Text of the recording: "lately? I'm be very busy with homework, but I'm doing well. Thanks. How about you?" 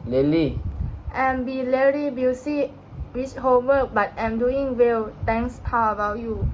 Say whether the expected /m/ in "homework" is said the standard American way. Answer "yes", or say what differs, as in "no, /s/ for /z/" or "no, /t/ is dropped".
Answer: no, /m/ is dropped